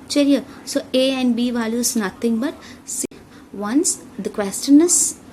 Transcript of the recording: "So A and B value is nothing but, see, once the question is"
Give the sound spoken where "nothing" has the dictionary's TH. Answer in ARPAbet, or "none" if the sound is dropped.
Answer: T